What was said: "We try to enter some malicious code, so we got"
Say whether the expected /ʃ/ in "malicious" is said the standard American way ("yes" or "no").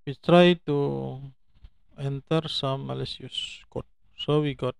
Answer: no